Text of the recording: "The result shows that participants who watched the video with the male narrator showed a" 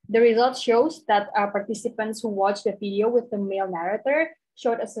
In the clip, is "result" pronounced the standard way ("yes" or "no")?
yes